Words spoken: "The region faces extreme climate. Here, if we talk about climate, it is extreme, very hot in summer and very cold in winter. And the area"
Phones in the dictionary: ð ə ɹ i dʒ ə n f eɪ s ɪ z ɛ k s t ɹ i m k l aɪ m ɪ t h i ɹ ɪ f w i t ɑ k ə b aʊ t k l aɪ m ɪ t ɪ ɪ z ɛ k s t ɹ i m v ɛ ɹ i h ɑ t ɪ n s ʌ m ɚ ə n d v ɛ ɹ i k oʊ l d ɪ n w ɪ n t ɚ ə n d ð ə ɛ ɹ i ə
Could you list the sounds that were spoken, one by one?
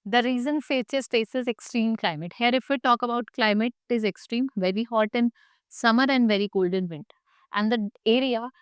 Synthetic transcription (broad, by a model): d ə ɹ i z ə n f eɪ s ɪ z ɛ k s t ɹ i m k l aɪ m ɪ t h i ɹ ɪ f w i t ɑ k ə b aʊ t k l aɪ m ɪ t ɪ ɪ z ɛ k s t ɹ i m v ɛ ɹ i h ɑ t ɪ n s ʌ m ɚ ə n d v ɛ ɹ i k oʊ l d ɪ n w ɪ n t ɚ ə n d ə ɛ ɹ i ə